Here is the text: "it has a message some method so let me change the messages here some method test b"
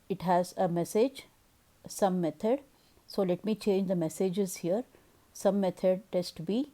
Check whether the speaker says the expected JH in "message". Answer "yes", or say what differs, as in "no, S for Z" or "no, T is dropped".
yes